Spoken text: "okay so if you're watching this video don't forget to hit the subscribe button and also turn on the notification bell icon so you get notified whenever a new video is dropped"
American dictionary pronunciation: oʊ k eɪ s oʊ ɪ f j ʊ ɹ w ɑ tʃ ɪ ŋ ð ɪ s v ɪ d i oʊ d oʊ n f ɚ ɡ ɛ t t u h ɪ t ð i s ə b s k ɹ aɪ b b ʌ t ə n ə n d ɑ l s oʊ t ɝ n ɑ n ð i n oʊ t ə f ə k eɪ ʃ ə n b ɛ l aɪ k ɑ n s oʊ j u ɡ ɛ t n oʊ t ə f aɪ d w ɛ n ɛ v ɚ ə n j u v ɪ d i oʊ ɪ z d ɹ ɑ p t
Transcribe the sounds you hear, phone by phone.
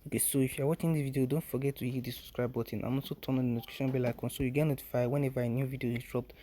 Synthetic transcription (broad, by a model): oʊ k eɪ s oʊ ɪ f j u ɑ w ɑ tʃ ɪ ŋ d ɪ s v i d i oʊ d oʊ n f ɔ ɡ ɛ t t u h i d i s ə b s k ɹ aɪ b b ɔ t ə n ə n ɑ s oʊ t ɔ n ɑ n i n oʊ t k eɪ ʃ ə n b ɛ l aɪ k ɑ n s oʊ j u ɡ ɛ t n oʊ t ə f aɪ w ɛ n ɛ v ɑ ə n j u v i d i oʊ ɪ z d ɹ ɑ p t